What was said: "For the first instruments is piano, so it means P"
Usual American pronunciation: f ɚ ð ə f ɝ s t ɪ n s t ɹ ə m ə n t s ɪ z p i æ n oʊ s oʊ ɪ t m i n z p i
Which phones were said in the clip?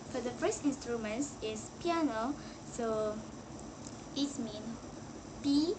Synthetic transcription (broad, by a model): f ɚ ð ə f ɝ s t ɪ n s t ɹ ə m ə n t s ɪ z p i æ n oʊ s oʊ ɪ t m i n p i